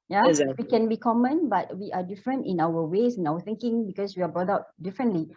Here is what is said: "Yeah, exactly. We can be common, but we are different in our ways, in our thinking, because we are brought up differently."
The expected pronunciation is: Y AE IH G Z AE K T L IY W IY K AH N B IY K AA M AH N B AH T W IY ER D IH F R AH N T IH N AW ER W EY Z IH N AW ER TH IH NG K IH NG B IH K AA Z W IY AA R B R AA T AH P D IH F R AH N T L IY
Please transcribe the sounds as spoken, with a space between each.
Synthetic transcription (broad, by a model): Y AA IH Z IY W IY K AH N B IY K AA M AH N B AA T W IY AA D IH F R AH N T IH N AW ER W EY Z IH N AW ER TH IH NG K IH NG B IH K AA S W IY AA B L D AA UH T D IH F R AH N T L IY